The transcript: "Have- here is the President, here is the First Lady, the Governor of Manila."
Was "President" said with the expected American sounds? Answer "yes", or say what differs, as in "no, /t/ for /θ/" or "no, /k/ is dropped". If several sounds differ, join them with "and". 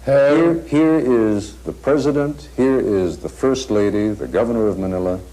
yes